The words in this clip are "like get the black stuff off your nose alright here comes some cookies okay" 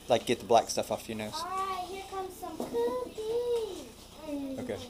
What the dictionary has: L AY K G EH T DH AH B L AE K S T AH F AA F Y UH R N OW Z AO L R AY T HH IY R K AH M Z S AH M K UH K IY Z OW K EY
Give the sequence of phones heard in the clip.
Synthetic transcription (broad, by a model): L AY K G EH T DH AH B L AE K S T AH F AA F Y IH N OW UH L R AY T HH IY R K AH M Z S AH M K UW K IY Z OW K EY